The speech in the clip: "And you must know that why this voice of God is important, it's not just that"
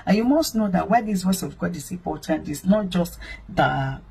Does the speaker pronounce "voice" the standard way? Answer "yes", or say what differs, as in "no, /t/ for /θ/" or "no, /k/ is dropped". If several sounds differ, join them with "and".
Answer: no, /w/ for /v/